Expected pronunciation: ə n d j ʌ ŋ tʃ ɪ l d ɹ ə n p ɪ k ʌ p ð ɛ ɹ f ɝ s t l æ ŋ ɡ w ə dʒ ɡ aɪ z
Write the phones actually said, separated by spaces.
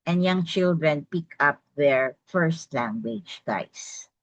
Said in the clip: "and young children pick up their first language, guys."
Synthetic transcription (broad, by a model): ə n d j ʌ ŋ tʃ ɪ l d ɹ ə n p ɪ k ʌ p ð ɛ ɹ f ɝ s t l æ ŋ ɡ w ə dʒ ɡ aɪ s